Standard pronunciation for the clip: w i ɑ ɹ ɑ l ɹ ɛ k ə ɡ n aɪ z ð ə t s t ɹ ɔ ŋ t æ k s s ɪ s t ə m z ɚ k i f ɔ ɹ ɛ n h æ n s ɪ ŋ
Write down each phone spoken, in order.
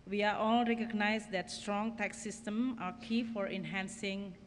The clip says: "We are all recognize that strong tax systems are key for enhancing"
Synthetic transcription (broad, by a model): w i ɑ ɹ ɑ l ɹ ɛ k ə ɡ n aɪ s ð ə t s t ɹ ɔ ŋ t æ k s s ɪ s t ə m ɑ k i f ɔ ɹ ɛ n h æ n s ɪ ŋ